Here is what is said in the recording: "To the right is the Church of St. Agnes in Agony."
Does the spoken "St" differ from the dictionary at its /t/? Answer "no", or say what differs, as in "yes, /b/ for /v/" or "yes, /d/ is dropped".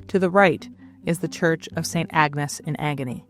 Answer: no